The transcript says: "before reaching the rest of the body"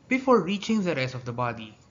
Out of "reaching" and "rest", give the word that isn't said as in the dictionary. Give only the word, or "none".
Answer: rest